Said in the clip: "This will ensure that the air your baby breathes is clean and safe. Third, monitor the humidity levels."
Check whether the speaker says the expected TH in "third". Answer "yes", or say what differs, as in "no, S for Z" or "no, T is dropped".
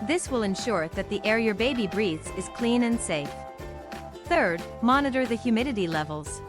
yes